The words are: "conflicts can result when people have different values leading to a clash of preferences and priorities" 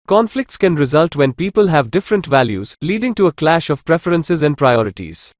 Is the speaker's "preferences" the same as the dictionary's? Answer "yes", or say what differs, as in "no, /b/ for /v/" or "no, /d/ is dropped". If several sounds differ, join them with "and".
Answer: yes